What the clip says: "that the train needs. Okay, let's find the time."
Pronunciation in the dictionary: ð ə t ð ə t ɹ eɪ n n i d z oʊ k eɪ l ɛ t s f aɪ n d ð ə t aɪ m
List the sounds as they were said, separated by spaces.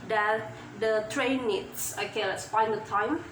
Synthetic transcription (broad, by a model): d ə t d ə t ɹ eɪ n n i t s oʊ k eɪ l ɛ t s p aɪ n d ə t aɪ m